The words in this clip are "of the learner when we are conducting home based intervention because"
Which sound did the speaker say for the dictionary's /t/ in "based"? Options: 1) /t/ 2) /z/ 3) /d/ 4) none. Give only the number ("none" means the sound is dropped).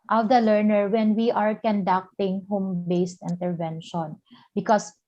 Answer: 1